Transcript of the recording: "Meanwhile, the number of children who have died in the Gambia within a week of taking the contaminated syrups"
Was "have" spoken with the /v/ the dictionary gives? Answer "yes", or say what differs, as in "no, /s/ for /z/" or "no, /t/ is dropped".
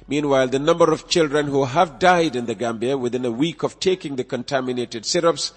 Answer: yes